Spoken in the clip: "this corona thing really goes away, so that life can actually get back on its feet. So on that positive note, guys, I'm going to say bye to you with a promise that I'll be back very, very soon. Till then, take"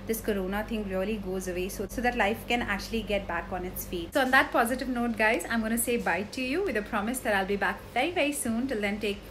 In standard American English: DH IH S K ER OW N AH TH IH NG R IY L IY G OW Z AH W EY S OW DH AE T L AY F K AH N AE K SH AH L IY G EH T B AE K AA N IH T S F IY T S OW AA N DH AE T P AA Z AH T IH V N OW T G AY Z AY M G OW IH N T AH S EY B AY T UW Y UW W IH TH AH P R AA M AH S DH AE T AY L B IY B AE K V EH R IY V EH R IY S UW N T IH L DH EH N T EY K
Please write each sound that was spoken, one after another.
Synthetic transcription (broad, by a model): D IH S K ER OW N AH T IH NG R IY L IY G OW Z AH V EY S OW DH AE T L AY F K AH N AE K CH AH L IY G EH T B AE K AA N IH T S F IY T S OW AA N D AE T P AA Z AH T IH V N OW T G AY Z AY M G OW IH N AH S EY B AY T UW Y UW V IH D AH P R AA M AH S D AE T AY L B IY B AE K V EH R IY V EH R IY S UW N T IH L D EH N T EY K